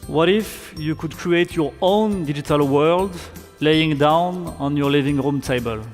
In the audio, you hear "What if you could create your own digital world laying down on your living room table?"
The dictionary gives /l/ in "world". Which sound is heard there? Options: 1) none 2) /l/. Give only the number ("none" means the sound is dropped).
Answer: 2